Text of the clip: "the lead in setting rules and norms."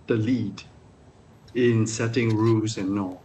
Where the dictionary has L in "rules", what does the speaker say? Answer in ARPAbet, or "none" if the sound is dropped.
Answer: none